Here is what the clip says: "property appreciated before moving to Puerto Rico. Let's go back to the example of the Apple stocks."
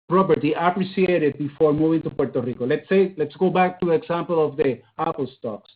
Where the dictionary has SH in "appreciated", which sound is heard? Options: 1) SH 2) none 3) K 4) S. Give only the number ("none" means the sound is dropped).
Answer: 4